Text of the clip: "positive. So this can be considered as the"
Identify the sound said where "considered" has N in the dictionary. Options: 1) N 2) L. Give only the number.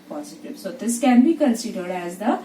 2